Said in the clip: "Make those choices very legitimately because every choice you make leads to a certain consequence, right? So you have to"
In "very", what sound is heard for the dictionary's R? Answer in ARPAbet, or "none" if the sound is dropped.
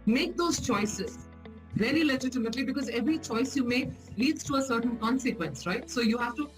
L